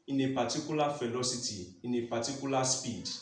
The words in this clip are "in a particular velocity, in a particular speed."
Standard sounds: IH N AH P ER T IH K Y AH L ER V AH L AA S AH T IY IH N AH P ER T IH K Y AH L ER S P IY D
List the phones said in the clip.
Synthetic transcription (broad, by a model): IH N AH P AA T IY K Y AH L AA F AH L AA S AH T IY IH N AH P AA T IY K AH L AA S P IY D